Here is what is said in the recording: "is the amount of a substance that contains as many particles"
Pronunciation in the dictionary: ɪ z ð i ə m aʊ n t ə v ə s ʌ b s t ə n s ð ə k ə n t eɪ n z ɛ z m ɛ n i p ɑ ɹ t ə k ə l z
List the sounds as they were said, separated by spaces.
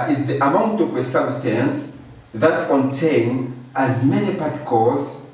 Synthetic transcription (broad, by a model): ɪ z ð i ə m aʊ n t ə v ə s ʌ b s t ə n s ð ə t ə n t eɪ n ʌ z m ɛ n i p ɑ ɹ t k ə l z